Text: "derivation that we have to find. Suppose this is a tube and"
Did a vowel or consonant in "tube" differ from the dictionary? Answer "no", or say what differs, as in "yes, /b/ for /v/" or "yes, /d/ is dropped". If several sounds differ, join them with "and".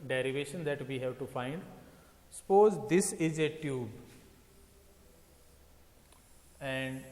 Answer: no